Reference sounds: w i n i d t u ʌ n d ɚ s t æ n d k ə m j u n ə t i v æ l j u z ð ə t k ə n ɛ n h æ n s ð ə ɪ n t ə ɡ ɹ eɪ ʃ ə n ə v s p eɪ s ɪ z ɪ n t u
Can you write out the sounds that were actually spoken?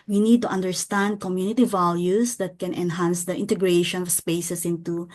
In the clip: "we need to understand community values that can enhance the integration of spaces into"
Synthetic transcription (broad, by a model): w i n i d t u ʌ n d ɚ s t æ n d k ə m j u n ə t i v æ l j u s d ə t k ə n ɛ n h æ n s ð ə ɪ n t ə ɡ ɹ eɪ ʃ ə n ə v s p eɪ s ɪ s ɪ n t u